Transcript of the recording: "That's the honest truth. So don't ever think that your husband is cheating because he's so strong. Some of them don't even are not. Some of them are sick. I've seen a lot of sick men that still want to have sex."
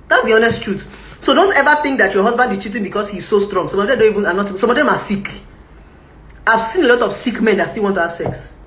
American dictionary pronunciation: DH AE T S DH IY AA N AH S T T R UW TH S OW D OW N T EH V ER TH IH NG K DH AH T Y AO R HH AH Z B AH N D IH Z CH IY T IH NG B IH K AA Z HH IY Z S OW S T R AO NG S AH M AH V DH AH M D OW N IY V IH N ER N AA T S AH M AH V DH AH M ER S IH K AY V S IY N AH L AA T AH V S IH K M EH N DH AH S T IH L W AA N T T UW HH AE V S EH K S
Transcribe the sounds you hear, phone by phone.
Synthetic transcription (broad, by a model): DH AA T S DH IY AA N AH S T T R UW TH S OW D OW N T EH V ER TH IH NG K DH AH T Y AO HH AH Z B AH N D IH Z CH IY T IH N B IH K AA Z HH IY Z S OW S T R AO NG S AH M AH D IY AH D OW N IY V IH N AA N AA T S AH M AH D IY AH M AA S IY K AY V S IY N AH L AA T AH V S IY K M EH N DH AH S T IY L W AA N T T UW HH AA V S EH K S